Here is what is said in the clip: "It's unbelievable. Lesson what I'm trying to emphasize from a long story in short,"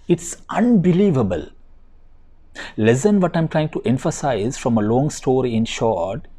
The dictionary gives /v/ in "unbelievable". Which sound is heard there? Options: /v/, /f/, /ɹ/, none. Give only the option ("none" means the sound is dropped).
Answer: /v/